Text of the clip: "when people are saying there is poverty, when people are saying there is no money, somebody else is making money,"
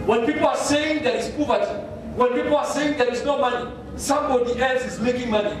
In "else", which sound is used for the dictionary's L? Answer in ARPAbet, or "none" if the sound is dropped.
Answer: L